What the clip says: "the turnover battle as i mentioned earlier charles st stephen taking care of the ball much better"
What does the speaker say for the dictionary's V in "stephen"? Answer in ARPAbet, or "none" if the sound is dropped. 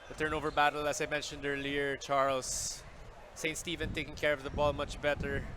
V